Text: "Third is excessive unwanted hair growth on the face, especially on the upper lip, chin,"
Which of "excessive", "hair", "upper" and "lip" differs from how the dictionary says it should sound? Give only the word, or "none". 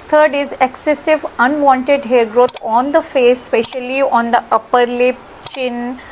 none